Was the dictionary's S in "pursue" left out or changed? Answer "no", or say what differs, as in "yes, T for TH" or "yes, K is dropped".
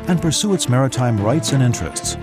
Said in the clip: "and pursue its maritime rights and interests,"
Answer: no